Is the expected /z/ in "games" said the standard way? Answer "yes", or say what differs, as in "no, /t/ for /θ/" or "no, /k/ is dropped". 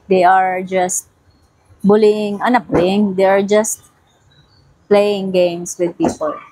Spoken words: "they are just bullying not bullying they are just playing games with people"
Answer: no, /s/ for /z/